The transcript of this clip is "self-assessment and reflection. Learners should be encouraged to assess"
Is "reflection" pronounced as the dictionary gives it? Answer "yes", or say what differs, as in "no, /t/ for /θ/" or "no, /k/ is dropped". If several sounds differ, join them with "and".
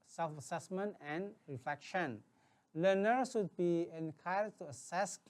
yes